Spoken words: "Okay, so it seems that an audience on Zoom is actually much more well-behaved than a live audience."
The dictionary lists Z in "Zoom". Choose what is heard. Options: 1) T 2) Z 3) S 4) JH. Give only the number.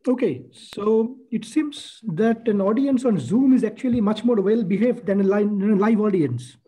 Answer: 2